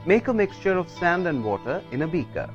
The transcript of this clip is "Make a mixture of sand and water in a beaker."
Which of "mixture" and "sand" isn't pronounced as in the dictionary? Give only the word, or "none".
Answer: none